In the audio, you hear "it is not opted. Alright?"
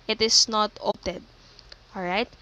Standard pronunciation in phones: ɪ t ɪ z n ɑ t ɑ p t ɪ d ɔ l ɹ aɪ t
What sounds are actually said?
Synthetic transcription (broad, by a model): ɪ t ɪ s n ɑ t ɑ t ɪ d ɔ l ɹ aɪ t